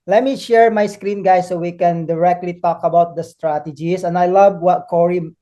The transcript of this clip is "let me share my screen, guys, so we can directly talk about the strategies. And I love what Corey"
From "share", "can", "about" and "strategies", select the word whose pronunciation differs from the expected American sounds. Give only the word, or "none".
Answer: strategies